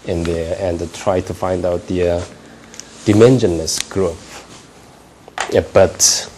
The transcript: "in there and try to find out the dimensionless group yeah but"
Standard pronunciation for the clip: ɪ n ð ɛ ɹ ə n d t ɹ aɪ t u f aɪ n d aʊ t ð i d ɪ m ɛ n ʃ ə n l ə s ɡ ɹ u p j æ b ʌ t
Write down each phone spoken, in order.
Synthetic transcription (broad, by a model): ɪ n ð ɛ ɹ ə n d t ɹ aɪ t u f aɪ n d aʊ t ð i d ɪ m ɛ n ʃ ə n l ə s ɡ ɹ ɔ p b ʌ t